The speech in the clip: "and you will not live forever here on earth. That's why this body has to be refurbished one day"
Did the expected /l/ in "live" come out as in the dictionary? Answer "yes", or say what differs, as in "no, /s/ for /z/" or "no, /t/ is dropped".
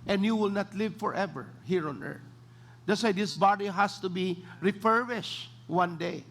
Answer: yes